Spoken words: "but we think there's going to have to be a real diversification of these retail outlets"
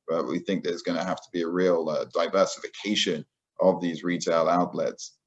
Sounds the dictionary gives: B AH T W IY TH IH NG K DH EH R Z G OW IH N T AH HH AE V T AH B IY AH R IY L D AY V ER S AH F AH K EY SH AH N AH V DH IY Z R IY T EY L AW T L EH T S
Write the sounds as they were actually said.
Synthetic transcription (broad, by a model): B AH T W IY TH IH NG K DH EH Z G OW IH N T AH HH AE F T AH B IY AH R IY L D AY V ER S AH F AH K EY SH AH N AH V DH IY Z R IY T EY L AW T L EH T S